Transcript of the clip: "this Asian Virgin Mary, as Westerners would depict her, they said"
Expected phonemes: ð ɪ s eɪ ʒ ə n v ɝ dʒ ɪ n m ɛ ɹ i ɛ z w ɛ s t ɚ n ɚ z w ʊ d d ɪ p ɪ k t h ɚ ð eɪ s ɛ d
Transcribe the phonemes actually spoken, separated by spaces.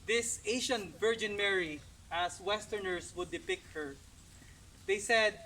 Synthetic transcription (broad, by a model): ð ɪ s eɪ ʃ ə n v ɝ dʒ ɪ n m ɛ ɹ i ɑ s w ɛ s t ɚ n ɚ s w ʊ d d ɪ p ɪ k t h ɚ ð eɪ s ɛ d